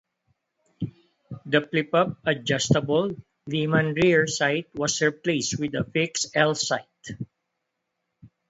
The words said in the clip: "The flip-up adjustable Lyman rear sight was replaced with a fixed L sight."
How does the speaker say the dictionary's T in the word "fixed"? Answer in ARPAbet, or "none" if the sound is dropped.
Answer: none